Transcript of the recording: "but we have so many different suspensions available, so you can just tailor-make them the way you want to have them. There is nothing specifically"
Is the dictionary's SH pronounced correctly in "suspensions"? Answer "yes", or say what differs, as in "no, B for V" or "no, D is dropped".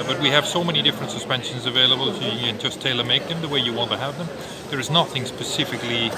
yes